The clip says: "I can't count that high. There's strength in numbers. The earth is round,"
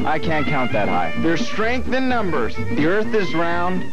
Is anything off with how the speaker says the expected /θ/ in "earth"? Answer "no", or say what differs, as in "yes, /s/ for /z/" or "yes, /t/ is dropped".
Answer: no